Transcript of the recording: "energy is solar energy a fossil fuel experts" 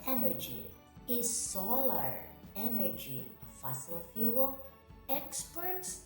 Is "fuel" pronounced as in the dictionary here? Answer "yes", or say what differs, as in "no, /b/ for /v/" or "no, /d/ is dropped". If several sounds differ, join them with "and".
yes